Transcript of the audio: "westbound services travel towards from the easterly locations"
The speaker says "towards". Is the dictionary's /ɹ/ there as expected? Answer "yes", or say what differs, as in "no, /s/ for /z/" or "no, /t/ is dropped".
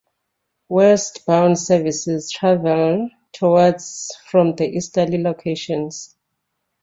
no, /w/ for /ɹ/